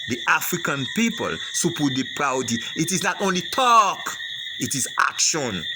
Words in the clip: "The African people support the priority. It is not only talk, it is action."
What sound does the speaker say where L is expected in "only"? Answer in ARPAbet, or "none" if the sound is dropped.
L